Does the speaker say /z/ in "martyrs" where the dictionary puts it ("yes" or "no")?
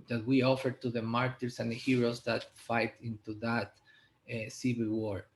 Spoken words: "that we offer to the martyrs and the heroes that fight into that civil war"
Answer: no